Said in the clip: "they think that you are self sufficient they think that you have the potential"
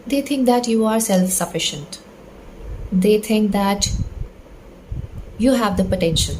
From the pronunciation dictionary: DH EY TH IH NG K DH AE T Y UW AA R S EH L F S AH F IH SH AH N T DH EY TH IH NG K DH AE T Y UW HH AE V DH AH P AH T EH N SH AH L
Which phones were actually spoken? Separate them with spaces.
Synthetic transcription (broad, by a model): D EY T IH NG K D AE T Y UW AA R S EH L F S AH F IH SH AH N T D EY T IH NG K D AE T Y UW HH AE V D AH P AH T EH N SH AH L